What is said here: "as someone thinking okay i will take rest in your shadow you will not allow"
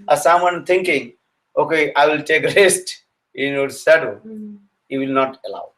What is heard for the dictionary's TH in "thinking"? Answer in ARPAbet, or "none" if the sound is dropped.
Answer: T